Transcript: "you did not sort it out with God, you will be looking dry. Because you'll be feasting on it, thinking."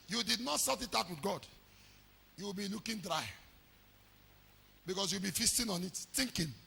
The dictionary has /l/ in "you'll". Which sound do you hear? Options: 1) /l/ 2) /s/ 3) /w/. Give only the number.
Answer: 3